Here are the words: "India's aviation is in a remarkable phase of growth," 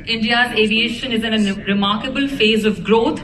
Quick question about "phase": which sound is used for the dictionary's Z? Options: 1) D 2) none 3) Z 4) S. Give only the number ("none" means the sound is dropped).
3